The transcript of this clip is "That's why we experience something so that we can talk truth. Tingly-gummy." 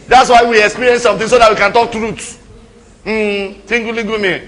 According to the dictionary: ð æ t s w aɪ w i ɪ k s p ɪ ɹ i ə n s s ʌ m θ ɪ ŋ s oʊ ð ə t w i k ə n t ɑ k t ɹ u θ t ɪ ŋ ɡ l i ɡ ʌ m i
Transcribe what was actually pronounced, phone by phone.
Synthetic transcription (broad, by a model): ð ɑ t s w aɪ w i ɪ k s p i ɹ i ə n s s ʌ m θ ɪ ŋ s oʊ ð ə t w i k ə n t ɑ k t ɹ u t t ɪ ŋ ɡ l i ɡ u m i